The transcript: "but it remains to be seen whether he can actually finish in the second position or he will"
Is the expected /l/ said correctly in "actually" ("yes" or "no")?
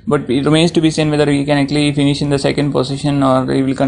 yes